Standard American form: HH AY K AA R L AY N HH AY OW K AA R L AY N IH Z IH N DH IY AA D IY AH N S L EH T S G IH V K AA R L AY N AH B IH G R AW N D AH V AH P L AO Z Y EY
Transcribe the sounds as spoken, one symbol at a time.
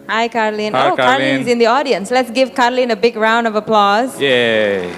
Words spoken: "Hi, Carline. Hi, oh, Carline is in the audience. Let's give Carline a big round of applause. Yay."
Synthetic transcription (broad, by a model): HH AY K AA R L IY N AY OW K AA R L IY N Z IH N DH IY AA D IY AH N S L EH T S G IH V K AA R L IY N AH B IH G R AW N D AH V AH P L AO Z Y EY